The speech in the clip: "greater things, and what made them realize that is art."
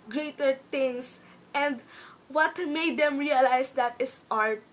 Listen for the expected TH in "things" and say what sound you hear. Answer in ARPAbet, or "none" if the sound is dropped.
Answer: T